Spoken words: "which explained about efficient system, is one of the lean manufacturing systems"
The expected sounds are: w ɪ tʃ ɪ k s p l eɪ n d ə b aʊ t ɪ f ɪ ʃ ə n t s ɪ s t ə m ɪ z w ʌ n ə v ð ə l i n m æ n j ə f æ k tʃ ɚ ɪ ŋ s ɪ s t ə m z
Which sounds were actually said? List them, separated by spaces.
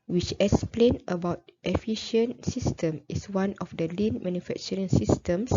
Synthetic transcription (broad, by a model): w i tʃ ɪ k s p l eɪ n ə b aʊ t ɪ f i ʃ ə n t s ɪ s t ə m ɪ s w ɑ n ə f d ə l i n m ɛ n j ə f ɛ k tʃ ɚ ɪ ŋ s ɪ s t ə m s